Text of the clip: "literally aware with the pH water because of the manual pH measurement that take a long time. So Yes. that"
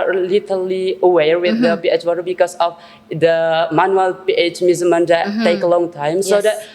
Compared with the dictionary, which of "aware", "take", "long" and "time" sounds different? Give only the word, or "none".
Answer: none